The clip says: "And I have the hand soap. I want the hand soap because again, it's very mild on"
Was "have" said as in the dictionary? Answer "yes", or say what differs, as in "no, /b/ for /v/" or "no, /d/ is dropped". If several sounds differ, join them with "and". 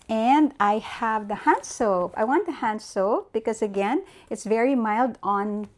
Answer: yes